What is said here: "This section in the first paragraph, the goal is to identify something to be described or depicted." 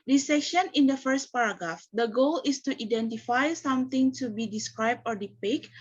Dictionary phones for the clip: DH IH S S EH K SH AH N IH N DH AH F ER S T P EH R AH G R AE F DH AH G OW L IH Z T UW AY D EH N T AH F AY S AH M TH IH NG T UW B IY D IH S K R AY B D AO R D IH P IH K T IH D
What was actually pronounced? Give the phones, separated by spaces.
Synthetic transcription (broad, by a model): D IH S S EH K SH AH N IH N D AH F ER S T P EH R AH G R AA F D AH G OW L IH S T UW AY D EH N T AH F AY S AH M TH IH NG T UW B IY D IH S K R AY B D AO R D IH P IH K